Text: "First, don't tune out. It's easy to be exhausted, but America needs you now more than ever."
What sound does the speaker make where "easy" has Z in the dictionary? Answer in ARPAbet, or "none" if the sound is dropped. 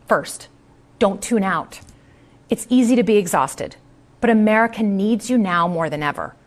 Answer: Z